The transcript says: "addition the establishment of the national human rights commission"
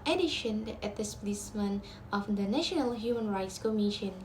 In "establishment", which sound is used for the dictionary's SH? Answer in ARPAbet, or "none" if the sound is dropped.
S